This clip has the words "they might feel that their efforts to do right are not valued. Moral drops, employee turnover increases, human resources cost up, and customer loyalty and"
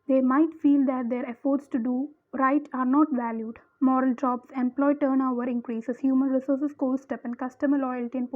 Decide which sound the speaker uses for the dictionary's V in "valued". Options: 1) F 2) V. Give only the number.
2